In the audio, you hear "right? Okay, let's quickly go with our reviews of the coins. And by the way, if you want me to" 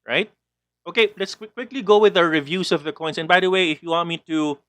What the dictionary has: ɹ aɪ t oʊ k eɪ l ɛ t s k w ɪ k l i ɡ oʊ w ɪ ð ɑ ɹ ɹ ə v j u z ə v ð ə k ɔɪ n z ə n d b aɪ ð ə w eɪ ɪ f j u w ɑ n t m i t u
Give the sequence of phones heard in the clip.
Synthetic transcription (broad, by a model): ɹ aɪ t oʊ k eɪ l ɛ t s k w ɪ k l i ɡ oʊ w ɪ ð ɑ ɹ ɹ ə v j u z ə v ð ə k ɔɪ n s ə n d b aɪ ð ə w eɪ ɪ f j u w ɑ n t m i t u